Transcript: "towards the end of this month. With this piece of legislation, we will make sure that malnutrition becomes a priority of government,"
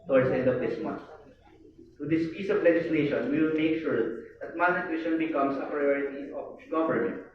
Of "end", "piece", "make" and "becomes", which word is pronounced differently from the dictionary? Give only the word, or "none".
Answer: becomes